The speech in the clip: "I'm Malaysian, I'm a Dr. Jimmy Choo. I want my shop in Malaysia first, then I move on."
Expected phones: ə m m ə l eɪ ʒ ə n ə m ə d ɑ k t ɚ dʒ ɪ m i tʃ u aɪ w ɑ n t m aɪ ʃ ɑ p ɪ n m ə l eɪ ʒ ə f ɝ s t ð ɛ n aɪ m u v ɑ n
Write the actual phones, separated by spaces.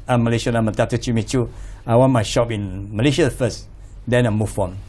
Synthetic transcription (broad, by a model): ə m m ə l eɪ ʃ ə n ə m ə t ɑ t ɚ tʃ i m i tʃ u aɪ w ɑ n m aɪ ʃ ɑ p ɪ n m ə l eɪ ʃ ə f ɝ s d ɛ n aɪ m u f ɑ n